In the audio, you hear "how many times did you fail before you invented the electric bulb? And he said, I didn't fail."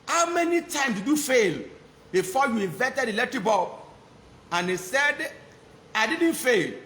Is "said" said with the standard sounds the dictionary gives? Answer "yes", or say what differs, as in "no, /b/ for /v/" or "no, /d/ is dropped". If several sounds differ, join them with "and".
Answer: yes